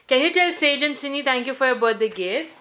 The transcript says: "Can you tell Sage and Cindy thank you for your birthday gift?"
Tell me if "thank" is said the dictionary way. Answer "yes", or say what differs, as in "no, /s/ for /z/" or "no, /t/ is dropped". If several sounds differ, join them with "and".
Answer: no, /t/ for /θ/